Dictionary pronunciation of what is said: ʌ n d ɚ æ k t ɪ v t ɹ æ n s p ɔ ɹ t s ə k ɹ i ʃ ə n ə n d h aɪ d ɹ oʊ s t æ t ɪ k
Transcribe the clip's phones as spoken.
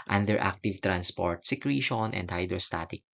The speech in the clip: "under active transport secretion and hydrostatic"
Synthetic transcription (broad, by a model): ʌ n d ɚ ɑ k t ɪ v t ɹ æ n s p ɔ ɹ t s ə k ɹ i ʃ ə n ə n d h aɪ d ɹ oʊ s t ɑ t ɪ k